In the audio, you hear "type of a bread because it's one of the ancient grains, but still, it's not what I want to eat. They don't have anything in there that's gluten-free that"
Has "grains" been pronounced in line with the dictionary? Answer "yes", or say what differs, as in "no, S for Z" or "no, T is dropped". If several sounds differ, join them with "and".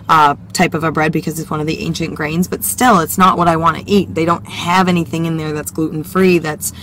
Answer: yes